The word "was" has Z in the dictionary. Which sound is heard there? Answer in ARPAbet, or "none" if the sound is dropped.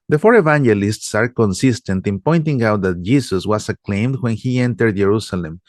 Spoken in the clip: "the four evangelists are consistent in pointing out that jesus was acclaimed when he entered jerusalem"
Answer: S